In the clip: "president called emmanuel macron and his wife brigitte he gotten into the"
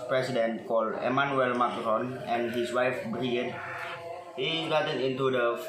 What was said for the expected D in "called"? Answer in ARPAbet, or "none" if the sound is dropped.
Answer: none